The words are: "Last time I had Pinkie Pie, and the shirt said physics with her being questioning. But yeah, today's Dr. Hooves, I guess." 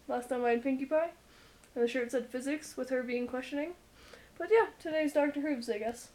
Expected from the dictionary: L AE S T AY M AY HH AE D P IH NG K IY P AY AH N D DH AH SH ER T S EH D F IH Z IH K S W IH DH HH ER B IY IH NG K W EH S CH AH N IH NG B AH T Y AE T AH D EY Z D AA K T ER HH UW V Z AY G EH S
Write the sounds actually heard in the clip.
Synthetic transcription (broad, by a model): L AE S T AY M AY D P IH NG K IY P AY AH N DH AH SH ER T S EH D F IH Z IH K S W IH DH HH ER B IY IH NG K W EH S CH AH N IH NG B AH T Y AE T AH D EY Z D AA K T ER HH UW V Z AY G EH S